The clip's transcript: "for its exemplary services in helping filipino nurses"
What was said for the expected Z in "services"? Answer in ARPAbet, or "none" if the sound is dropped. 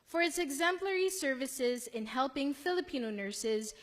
Z